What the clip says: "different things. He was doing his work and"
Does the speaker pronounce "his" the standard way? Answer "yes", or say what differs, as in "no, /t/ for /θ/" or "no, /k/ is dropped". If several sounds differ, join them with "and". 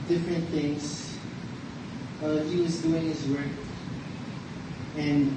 yes